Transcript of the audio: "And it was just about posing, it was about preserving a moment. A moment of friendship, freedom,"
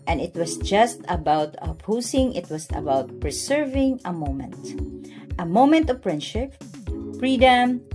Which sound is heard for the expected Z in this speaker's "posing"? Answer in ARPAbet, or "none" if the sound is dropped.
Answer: S